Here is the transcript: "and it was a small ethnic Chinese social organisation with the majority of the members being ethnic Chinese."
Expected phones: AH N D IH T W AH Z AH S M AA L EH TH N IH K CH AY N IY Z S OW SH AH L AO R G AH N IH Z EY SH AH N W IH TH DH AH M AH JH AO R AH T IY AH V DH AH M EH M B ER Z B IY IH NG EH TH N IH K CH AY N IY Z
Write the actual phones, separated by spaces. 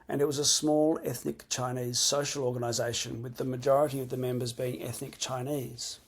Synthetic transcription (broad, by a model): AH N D IH T W AH Z AH S M AA L EH TH N IH K CH AY N IY Z S OW SH AH L AO R G AH N IH Z EY SH AH N W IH DH AH M AH JH AO R AH T IY AH V DH AH M EH M B ER Z B IY IH NG EH TH N IH K CH AY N IY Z